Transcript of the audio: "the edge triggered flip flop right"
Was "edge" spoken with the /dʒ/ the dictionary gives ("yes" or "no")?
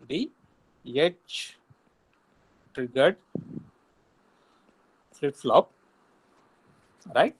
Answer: no